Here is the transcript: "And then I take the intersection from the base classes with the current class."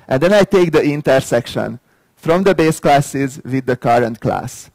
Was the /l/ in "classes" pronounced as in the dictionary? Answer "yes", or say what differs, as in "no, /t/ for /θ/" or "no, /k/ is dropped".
yes